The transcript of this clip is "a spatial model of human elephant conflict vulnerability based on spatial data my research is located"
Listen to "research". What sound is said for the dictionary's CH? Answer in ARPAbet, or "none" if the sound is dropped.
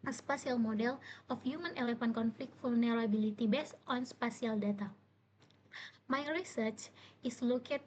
CH